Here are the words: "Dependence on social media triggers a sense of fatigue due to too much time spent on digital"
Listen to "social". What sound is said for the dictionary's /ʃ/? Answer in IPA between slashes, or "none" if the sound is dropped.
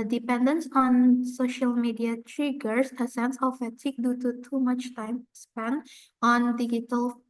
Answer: /ʃ/